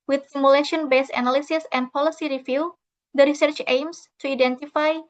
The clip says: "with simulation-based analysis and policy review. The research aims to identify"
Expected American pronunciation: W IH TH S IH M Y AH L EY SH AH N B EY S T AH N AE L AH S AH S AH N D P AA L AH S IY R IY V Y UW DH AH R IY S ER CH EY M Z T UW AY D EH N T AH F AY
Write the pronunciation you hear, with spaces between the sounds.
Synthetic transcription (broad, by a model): W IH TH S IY M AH L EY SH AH N B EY S AH N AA L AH S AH S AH N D P AA L AH S IY R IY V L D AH R IY S ER CH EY M S T UW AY D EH N T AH F AY